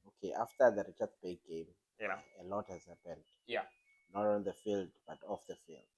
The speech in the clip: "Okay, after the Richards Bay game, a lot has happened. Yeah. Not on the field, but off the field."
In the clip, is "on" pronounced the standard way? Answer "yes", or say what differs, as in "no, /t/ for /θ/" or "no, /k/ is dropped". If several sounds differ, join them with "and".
no, /l/ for /n/